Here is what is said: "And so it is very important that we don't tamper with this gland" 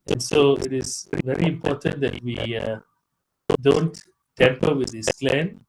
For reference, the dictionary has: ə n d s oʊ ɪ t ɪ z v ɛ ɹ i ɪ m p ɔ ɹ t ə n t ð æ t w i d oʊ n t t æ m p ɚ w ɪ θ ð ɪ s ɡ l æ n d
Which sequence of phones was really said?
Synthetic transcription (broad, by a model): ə n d s oʊ ɪ t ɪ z v ɛ ɹ i ɪ m p ɔ ɹ t ə n t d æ t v i d oʊ n t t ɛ m p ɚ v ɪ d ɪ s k l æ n